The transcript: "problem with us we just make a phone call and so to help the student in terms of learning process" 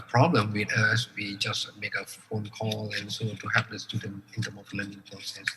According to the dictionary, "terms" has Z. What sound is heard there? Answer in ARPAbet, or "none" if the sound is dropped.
none